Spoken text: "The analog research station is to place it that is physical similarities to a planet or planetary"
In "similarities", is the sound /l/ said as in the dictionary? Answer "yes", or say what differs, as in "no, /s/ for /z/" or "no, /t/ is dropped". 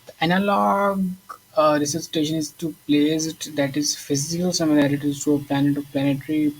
no, /n/ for /l/